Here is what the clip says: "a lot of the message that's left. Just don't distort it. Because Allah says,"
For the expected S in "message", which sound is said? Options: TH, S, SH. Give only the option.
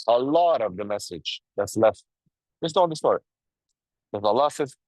S